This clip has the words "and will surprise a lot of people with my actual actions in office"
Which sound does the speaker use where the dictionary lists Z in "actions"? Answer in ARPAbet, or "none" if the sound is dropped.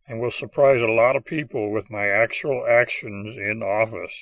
Z